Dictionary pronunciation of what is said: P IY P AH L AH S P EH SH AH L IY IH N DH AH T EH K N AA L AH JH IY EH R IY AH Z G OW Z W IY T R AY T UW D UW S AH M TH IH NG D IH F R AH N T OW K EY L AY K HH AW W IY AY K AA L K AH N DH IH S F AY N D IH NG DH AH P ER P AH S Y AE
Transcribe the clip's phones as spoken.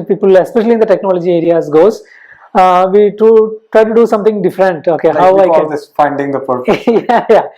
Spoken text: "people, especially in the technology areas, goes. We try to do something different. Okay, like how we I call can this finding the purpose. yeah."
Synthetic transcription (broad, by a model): P IY P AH L AH S P EH SH AH L IY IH N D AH T EH K N AA L AH JH IY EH R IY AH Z G OW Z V IY T R AY T UW D UW S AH M T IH NG D IH F R AH N T OW K EY HH AW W AY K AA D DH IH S F AY N D IH NG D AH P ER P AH Y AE